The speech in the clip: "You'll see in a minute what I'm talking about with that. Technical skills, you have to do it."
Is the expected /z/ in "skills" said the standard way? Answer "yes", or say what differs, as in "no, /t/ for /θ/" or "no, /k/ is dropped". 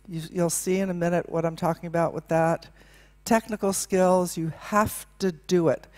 yes